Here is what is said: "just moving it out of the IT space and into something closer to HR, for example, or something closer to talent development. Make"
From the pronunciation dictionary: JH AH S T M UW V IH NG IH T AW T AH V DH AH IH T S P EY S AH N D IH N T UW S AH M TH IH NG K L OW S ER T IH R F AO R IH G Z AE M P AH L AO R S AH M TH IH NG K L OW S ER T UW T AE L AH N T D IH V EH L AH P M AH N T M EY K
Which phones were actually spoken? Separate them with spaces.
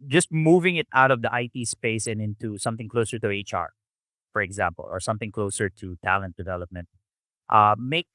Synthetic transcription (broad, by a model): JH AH S T M UW V IH NG IH T AW T AH V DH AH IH T S P EY S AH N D IH N T UW S AH M TH IH NG K L OW S ER T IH R F AO R IH G Z AE M P AH L AO R S AH M TH IH NG K L OW S ER T UW T AE L AH N T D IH V EH L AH P M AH N T M EY K